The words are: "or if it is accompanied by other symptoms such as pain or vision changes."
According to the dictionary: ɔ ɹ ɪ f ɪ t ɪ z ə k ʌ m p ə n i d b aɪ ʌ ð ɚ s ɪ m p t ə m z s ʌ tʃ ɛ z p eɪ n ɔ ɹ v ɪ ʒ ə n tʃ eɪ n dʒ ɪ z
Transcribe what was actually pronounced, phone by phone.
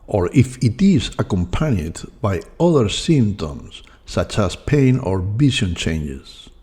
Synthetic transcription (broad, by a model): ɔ ɹ ɪ f ɪ t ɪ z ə k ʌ m p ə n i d b aɪ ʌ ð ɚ s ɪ m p t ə m s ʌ tʃ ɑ s p eɪ n ɔ ɹ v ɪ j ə n tʃ eɪ n dʒ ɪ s